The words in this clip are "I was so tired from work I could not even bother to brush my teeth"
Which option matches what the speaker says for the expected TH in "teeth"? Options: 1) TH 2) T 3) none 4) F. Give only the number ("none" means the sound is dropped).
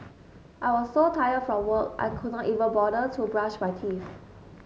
4